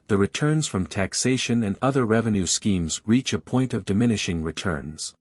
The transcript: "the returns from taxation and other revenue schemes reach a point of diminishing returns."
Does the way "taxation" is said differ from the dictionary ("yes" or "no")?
no